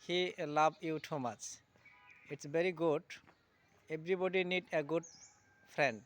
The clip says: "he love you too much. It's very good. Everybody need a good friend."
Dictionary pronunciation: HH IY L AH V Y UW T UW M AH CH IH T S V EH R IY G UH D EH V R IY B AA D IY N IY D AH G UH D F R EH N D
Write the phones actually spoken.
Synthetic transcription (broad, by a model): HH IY L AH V Y UW T UW M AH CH IH T S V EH R IY G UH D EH B R IY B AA D IY N IY D AH G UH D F R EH N D